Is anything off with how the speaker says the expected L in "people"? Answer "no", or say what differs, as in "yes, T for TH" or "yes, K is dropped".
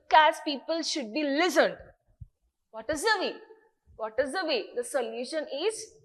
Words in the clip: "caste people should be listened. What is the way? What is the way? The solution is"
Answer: no